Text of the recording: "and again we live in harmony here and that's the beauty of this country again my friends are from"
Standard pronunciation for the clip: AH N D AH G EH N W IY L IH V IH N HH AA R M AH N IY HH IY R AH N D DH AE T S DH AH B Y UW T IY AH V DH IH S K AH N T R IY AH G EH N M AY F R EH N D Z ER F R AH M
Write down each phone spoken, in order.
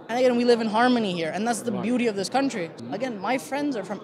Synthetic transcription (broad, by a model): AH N AH G EH N W IY L IH V IH N HH AA R M AH N IY HH IY R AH N DH AE T S DH AH B Y UW T IY AH V DH IH S K AH N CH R IY AH G EH N M AY F R EH N D Z ER F R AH M